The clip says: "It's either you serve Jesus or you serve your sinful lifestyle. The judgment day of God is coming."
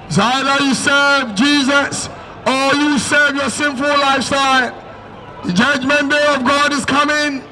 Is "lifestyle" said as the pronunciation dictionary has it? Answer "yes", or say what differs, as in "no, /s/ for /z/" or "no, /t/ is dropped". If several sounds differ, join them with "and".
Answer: yes